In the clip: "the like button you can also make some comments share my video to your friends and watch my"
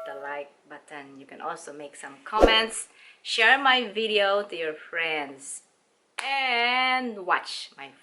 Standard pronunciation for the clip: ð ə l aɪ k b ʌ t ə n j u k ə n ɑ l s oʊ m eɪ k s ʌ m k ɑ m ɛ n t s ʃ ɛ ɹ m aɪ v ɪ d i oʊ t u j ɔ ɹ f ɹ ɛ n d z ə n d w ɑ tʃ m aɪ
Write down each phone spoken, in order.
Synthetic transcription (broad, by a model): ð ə l aɪ k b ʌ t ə n j u k ə n ɑ l s oʊ m eɪ k s ʌ m k ɑ m ɛ n t s ʃ ɛ ɹ m aɪ v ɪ d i oʊ t u j ɔ ɹ f ɹ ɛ n d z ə n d w ɑ tʃ m aɪ